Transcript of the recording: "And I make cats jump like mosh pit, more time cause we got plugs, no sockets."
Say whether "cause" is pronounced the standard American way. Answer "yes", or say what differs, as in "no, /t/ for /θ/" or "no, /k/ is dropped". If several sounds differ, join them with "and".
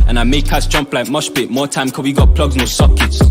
no, /z/ is dropped